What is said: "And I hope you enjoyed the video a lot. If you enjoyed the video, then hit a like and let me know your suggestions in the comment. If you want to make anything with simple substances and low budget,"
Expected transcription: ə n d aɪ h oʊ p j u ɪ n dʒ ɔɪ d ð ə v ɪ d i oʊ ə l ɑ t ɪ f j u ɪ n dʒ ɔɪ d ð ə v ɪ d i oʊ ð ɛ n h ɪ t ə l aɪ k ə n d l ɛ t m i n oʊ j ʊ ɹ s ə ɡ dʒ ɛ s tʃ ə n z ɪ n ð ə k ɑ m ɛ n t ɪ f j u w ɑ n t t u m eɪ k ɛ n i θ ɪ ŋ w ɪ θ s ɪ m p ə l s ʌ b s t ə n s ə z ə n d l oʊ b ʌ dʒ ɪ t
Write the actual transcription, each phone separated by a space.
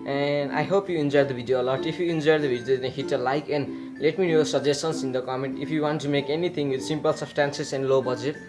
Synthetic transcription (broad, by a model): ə n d aɪ h oʊ p j u ɪ n dʒ ɔɪ d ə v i d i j ə l ɑ t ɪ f j u ɪ n dʒ ɔɪ d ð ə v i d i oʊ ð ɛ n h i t ə l aɪ k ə n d l ɛ t m i n oʊ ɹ s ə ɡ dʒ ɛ s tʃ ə n s ɪ n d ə k ɑ m ɛ n t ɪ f j u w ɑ n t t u m eɪ k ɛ n i t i ŋ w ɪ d s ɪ m p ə l s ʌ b s t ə n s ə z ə n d l oʊ b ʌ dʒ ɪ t